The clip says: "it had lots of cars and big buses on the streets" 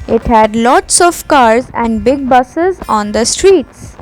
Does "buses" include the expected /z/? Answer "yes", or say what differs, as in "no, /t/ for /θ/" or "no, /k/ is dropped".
yes